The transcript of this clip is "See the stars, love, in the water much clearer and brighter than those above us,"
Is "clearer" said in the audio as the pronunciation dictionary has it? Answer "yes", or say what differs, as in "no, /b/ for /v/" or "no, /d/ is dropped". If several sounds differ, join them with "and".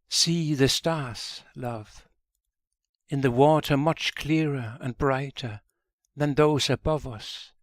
yes